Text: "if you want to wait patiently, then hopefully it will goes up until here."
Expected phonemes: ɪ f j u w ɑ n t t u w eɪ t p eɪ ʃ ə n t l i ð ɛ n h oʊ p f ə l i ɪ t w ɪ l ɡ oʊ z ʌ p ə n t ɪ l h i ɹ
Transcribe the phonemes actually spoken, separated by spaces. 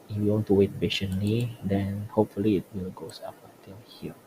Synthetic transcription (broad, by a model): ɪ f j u w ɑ n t t u w eɪ t b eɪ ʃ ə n l i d ɛ n h oʊ p f ə l i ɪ t w ɪ l ɡ oʊ s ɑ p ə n t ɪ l h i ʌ